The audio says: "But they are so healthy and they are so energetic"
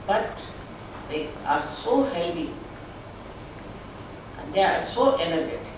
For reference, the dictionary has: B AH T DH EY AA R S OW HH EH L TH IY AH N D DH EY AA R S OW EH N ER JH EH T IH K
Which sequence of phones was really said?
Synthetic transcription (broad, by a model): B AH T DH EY AA R S OW HH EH L T IY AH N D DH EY AA R S OW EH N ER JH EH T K